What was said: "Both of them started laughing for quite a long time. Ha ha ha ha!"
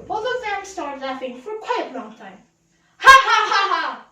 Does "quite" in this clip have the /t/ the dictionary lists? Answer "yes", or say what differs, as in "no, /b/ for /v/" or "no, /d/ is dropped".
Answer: no, /t/ is dropped